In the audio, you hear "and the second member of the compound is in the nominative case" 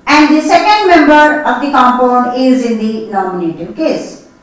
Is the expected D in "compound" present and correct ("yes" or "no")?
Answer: no